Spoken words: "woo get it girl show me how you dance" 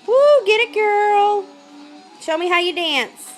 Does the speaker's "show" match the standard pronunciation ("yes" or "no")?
yes